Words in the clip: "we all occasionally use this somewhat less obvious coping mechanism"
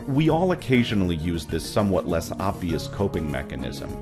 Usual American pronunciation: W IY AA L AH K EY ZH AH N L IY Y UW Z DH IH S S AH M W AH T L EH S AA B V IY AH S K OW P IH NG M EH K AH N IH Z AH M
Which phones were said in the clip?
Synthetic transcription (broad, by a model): W IY AA L AH K EY ZH AH N L IY Y UW Z DH IH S S AH M W AH T L EH S AA B V IY AH S K OW P IH NG M EH K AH N IH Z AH M